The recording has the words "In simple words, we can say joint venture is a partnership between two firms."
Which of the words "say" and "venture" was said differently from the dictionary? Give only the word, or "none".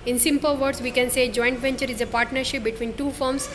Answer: none